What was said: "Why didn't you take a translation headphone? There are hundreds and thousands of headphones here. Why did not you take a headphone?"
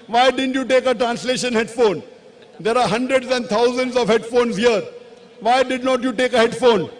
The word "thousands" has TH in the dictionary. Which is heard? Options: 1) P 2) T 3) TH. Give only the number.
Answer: 2